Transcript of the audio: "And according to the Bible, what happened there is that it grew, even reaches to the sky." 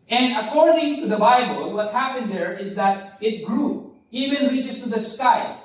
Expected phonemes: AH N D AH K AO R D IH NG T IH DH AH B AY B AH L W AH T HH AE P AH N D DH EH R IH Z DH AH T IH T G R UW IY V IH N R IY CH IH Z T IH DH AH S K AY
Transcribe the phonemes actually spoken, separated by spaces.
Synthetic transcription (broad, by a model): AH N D AH K AO R D IH NG T IH DH AH B AY B AH L W AH T HH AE P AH N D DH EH R IH Z DH AH T IH T G R UW IY V IH N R IY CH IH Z T IH DH AH S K AY